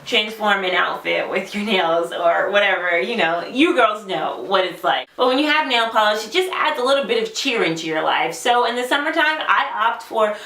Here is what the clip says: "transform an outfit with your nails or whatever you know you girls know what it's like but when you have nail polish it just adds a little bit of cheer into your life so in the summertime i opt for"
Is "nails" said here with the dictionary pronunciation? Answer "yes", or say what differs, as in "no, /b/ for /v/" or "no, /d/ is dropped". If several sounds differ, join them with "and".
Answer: yes